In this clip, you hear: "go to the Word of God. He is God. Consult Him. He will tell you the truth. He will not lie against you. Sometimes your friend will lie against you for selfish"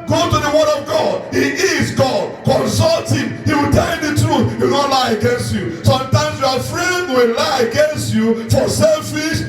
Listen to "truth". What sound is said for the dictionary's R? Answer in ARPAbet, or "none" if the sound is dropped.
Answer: R